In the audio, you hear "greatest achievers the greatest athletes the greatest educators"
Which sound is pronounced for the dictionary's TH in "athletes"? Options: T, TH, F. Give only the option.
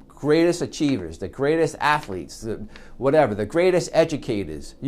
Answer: TH